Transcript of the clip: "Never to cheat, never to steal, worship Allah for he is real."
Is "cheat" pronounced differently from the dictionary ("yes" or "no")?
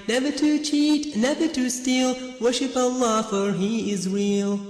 no